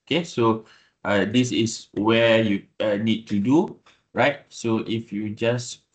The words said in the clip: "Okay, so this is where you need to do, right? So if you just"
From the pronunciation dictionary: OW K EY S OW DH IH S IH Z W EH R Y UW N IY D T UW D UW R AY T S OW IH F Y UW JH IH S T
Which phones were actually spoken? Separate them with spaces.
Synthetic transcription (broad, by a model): OW K EY S OW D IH S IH S W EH Y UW N IY D T UW D UW R AY T S OW IH F Y UW JH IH S